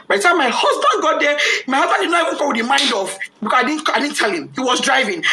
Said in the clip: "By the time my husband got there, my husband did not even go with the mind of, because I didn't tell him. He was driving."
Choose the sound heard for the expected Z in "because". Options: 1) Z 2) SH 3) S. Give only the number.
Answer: 3